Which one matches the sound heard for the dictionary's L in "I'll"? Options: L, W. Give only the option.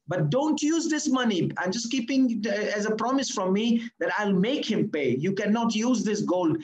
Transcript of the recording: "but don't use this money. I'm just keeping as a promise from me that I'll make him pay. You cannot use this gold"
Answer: L